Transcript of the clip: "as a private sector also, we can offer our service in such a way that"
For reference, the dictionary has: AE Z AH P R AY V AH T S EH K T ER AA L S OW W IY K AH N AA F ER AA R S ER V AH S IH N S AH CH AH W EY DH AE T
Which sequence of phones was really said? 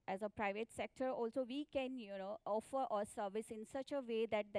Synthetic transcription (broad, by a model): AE Z AH P R AY V AH T S EH K T ER AA L S OW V IY K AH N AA F ER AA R S ER V AH S IH N S AH CH AH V EY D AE T